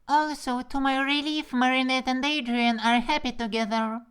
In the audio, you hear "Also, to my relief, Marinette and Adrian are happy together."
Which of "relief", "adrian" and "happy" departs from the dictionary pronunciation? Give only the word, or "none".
none